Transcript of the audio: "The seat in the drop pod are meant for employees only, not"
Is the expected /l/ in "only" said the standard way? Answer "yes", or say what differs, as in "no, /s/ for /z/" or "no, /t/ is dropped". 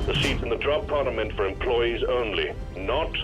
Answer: yes